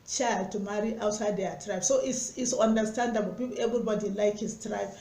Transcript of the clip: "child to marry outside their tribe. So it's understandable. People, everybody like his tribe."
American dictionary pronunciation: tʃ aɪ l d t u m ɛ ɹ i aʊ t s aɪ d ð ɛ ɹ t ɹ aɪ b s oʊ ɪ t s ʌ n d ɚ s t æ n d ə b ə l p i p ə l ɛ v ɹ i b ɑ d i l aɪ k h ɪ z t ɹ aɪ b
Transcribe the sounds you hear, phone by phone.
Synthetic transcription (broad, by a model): tʃ aɪ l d t u m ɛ ɹ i aʊ t s aɪ d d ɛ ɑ t ɹ aɪ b s oʊ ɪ s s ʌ n d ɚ s t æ n d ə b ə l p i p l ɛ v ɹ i b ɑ d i l aɪ k h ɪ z t ɹ aɪ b